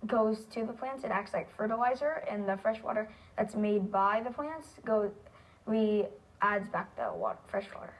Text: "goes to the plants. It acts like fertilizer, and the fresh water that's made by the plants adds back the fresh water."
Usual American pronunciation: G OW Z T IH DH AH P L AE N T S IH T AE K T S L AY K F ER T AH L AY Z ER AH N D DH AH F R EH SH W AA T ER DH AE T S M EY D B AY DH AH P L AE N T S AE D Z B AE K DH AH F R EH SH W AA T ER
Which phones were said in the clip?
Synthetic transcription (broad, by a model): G OW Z T IH DH AH P L AE N T S IH T AE K T S L AY K F ER T AH L AY Z ER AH N DH AH F R EH SH W AA T ER DH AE T S M EY D B AY DH AH P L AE N T S AE D Z B AE K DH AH F R EH SH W AA T ER